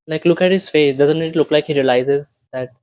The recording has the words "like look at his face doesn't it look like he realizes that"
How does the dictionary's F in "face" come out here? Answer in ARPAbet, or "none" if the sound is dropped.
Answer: F